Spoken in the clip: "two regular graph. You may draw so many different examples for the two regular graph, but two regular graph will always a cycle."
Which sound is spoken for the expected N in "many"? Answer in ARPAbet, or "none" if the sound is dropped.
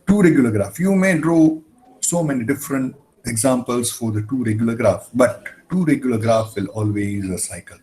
N